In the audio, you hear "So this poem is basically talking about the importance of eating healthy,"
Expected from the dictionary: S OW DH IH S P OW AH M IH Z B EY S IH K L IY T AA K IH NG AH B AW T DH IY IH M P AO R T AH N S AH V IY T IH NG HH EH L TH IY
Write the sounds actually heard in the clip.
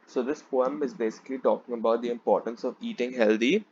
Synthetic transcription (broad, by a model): S OW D IH S P OW AH M IH Z B EY S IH K L IY T AA K IH NG AH B AW T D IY IH M P AO R T AH N S AH V IY T IH NG HH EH L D IY